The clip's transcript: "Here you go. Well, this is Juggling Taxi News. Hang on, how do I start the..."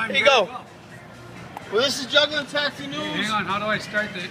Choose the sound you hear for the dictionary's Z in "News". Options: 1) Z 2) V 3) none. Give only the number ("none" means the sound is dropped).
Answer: 3